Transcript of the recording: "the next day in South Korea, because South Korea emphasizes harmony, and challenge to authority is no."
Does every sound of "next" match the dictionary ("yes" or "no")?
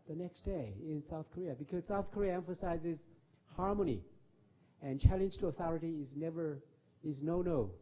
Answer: yes